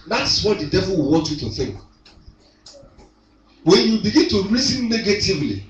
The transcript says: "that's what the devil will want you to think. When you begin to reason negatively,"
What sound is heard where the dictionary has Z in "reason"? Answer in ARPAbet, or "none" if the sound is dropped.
S